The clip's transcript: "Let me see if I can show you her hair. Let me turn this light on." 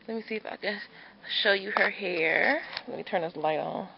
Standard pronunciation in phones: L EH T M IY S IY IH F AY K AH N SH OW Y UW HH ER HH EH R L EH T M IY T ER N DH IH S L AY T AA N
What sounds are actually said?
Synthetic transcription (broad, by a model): L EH T M IY S IY IH F AY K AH SH OW Y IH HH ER HH EH R L EH T M IY T ER N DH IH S L AY T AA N